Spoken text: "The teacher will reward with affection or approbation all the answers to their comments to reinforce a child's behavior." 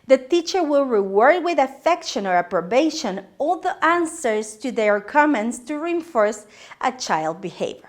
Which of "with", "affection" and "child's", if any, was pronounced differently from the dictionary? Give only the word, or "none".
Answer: child's